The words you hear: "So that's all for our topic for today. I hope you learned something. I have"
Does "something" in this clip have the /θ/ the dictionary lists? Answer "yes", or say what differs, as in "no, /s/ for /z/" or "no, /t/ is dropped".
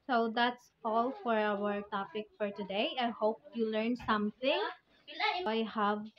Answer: no, /t/ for /θ/